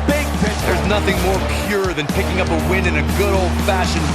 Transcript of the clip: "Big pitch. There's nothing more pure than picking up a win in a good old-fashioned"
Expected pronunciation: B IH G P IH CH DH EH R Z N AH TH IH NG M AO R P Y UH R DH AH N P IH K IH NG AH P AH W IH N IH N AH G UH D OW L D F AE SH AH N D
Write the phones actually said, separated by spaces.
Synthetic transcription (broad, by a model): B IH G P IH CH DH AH R Z N AH TH IH NG M AO R P Y UH R DH AH N P IH K IH NG AH P AH W IH N IH N AH G UH D OW L D F AE SH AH N